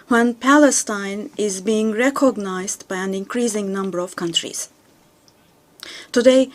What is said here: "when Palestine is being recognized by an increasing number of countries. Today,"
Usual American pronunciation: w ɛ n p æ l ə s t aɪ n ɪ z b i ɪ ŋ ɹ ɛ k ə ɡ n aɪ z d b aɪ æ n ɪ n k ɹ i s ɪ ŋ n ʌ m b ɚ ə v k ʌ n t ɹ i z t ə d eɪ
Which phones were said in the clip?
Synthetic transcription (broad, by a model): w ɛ n p æ l ə s t aɪ n ɪ z b i ɪ ŋ ɹ ɛ k ə ɡ n aɪ z d b aɪ æ n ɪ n k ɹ i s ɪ ŋ n ʌ m b ɚ ə v k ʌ n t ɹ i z t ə d eɪ